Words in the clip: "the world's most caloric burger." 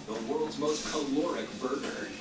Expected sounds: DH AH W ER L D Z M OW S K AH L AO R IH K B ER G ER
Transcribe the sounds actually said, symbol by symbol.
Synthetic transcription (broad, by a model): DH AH W ER L D Z M OW S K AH L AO R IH K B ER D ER